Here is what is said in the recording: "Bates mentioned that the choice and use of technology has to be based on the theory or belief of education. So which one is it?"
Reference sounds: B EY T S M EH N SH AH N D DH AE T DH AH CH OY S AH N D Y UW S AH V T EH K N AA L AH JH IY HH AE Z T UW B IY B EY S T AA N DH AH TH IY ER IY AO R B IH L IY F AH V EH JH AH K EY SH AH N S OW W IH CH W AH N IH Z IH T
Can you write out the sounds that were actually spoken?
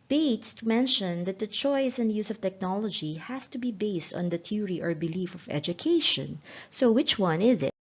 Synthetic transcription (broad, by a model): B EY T S M EH N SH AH N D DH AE T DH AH CH OY S AH N D Y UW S AH V T EH K N AA L AH JH IY HH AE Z T UW B IY B EY S T AA N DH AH T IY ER IY AO R B IH L IY F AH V EH JH AH K EY SH AH N S OW W IH CH W AH N IH Z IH T